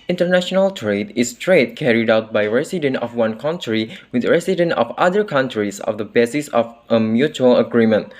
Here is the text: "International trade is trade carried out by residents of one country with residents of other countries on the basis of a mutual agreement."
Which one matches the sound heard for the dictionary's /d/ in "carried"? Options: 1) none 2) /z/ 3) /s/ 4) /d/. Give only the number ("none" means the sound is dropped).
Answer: 4